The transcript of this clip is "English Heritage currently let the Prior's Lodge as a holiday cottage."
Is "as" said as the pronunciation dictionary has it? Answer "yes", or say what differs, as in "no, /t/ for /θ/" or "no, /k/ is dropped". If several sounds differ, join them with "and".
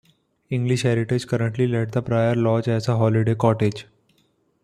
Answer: no, /s/ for /z/